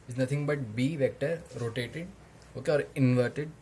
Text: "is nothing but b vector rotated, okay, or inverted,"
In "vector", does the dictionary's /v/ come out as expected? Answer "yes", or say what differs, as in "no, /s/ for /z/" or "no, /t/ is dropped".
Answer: yes